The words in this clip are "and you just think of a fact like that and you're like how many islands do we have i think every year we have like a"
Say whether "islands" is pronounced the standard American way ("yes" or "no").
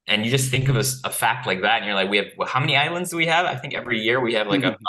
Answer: yes